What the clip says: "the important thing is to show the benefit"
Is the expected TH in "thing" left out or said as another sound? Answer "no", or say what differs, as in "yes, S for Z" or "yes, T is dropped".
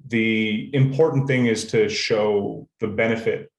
no